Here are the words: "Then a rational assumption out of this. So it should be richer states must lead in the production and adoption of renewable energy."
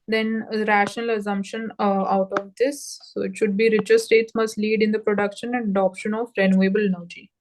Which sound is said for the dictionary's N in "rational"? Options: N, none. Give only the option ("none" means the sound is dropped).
N